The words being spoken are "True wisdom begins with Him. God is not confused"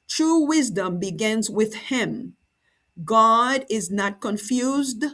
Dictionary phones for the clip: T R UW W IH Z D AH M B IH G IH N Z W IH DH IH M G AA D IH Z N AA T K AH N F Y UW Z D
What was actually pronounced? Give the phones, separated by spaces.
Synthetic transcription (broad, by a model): T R UW W IH Z D AH M B IH G IH N Z W IH DH IH M G AA D IH Z N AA T K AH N F Y UW Z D